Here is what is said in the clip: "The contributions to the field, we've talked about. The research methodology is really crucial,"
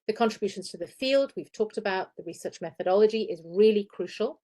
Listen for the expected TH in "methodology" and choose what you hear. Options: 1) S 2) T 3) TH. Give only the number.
3